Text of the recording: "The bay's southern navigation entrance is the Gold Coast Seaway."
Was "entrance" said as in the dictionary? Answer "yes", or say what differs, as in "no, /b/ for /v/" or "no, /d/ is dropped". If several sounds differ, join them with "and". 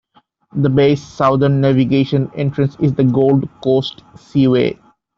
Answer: yes